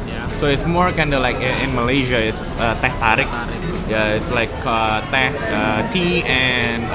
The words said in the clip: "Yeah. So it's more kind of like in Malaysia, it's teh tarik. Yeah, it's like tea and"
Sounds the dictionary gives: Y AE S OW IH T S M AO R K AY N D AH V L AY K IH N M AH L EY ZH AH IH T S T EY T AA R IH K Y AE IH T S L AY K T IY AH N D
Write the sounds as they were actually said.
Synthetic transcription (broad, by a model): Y S OW IH T S M AO R K AY N D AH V L AY K IH N M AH L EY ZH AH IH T S T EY T AA R IH K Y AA IH T S L AY K T IY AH N